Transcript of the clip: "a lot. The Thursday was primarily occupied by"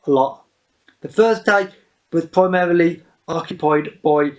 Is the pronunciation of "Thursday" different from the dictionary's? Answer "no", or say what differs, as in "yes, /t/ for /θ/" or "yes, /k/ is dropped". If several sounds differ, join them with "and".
yes, /f/ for /θ/